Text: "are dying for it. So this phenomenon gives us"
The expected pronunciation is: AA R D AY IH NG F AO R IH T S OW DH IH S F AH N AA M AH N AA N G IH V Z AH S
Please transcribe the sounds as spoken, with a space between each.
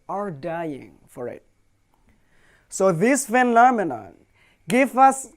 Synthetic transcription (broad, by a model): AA R D AY IH NG F AO R IH T S OW DH IH S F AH N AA M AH N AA N G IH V AH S